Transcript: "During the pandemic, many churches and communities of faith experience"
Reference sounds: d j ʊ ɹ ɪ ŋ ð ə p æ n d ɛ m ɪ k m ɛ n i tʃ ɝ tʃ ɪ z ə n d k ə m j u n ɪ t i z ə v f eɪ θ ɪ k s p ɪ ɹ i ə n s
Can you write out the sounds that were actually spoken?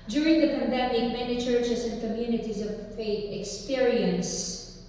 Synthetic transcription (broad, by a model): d j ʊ ɹ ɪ ŋ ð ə p æ n d ɛ m ɪ k m ɛ n i tʃ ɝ tʃ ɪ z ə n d k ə m j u n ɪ t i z ə v f eɪ t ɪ k s p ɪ ɹ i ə n s